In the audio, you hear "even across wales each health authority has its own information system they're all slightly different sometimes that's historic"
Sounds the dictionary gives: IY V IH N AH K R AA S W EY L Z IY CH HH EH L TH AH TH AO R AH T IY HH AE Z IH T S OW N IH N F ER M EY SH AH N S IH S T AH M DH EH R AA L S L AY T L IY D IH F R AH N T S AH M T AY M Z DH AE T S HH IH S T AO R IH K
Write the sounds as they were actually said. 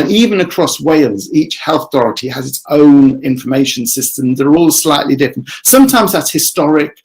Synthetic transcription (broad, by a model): IY V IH N AH K R AA S W EY L Z IY CH HH EH L TH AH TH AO R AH T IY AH Z IH T S OW N IH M F ER M EY SH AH N S IH S T AH M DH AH R AA L S L AY T L IY D IH F R AH N T S AH M T AY M Z DH AE T S HH IH S T AO R IH K